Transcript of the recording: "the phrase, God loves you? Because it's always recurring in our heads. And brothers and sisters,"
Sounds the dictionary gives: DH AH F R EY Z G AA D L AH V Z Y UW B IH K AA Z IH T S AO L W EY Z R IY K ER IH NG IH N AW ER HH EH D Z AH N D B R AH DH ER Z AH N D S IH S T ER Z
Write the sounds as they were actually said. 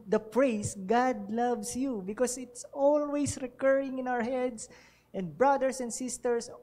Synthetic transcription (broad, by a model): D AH P R EY S G AA D L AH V S Y UW B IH K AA S IH T S AO L W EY S R IY K ER IH NG IH N AW ER HH EH D S AH N D B R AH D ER S AH N D S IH S T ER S